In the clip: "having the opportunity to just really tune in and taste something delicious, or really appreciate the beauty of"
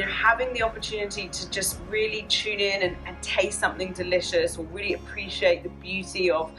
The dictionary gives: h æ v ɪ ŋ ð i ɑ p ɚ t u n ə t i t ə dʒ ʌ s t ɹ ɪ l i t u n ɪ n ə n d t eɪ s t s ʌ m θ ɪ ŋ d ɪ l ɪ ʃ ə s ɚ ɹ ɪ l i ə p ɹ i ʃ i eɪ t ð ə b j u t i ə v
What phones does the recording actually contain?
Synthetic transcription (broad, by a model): h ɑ v ɪ ŋ ð i ɑ p ɚ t u n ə t i t ə dʒ ʌ s t ɹ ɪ l i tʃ u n ɪ n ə n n t eɪ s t s ʌ m θ ɪ ŋ d ɪ l ɪ ʃ ə s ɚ ɹ ɪ l i ə p ɹ i ʃ i eɪ t ð ə b j u t i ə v